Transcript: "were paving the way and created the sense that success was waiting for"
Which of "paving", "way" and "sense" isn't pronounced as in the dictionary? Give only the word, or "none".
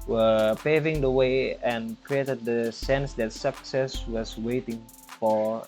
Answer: none